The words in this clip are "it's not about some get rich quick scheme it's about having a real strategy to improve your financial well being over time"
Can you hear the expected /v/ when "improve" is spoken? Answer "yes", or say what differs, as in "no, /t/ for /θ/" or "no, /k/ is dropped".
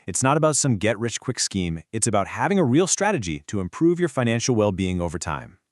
yes